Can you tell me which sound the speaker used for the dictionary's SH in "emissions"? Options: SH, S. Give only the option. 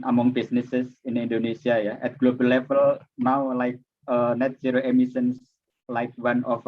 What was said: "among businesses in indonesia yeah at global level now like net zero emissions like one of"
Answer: S